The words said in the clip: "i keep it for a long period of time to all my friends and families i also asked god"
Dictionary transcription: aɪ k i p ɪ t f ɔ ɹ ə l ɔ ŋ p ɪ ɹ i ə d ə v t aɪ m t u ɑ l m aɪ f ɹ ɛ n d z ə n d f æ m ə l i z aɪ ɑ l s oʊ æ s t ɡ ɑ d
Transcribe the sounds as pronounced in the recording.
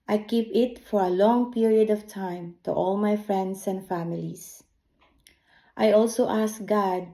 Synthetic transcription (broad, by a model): aɪ k i p ɪ t f ɔ ɹ ə l ɔ ŋ p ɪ ɹ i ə d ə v t aɪ m t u ɑ l m aɪ f ɹ ɛ n d s ə n d f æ m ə l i s aɪ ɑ l s oʊ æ s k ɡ ɑ d